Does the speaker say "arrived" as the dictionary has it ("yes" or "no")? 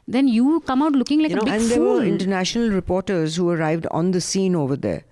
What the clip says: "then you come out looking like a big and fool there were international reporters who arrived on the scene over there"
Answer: yes